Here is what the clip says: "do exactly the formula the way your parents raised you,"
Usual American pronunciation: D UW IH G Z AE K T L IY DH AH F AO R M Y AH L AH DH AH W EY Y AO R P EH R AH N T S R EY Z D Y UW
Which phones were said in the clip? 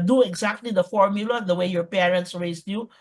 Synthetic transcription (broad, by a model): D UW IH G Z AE K T L IY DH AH F AO R M Y AH L AH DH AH W EY Y AO R P EH R AH N T S R EY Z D Y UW